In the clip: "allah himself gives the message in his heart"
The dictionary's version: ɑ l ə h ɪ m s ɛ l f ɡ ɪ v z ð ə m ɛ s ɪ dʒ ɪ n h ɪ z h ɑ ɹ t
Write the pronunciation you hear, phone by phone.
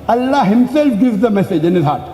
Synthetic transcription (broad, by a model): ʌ l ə h ɪ m s ɛ l f ɡ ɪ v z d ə m ɛ s ɪ dʒ ɪ n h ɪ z h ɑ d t